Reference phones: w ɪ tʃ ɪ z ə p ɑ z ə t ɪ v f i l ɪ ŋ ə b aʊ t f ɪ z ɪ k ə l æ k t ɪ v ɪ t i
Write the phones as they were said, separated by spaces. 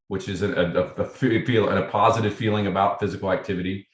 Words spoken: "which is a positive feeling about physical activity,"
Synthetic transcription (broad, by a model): w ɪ tʃ ɪ z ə p ɑ z ə t ɪ v f i l ɪ ŋ ə b aʊ t f ɪ z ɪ k l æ k t ɪ v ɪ t i